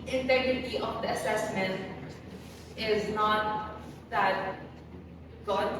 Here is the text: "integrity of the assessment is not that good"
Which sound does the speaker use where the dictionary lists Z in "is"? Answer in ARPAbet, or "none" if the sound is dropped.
Z